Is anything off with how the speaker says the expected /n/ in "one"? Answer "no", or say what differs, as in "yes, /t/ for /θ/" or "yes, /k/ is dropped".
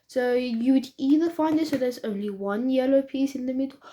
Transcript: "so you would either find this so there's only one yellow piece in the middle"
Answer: no